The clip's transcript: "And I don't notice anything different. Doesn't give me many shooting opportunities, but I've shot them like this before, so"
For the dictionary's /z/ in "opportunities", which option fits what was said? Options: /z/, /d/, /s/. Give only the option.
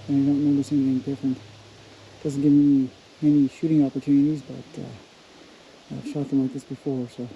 /z/